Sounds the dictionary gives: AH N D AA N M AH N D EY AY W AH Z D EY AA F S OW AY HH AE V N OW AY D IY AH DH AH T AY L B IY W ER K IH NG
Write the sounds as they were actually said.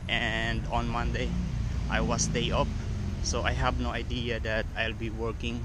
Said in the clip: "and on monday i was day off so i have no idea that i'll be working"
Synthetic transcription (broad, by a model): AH N D AA N M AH N D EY AY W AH S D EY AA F S OW AY HH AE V N OW AY D IY AH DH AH T AY L B IY W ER K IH NG